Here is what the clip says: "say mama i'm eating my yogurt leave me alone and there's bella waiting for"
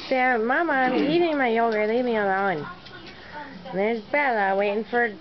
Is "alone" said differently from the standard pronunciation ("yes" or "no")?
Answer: yes